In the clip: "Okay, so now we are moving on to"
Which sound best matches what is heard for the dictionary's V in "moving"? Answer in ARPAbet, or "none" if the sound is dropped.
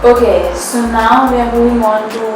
none